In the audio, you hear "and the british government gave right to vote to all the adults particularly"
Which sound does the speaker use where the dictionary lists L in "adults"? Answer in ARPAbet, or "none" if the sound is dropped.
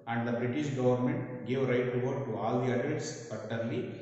none